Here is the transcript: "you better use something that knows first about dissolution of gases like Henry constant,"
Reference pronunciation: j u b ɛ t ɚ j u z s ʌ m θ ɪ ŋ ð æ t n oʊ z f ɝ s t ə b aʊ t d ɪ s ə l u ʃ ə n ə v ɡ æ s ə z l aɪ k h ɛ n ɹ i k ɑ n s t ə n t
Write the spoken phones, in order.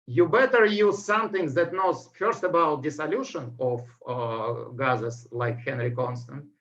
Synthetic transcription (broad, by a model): j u b ɛ t ɚ j u z s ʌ m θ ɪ ŋ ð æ t n oʊ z f ɝ s t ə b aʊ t d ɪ s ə l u ʃ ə n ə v ɡ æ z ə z l aɪ k h ɛ n ɹ i k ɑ n s t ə n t